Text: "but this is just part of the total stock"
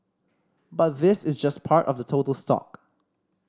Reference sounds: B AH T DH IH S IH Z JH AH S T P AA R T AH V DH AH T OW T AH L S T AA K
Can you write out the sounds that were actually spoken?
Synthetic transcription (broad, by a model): B AH T DH IH S IH Z JH AH S P AA R T AH V DH AH T OW T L S T AA K